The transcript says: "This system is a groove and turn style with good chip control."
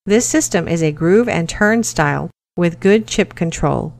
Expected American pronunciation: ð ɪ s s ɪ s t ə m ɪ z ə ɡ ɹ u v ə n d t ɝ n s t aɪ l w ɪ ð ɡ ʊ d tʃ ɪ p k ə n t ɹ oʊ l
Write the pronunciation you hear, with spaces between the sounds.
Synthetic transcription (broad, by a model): ð ɪ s s ɪ s t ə m ɪ z ə ɡ ɹ u v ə n t ɝ n s t aɪ l w ɪ ð ɡ ʊ d tʃ ɪ p k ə n t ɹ oʊ l